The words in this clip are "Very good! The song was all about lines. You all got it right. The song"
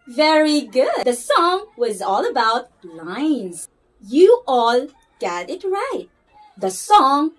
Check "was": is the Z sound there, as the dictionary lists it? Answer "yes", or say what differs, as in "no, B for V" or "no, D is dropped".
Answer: yes